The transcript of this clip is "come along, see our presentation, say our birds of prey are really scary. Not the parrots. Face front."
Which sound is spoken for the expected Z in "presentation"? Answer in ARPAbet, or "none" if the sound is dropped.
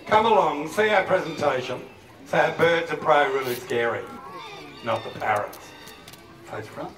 Z